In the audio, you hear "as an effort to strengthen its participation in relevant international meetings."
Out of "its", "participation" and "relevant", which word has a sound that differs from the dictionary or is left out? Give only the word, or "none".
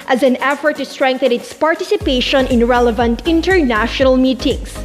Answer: none